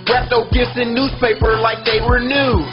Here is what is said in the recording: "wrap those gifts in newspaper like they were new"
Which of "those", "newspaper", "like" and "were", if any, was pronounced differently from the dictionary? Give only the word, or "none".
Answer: those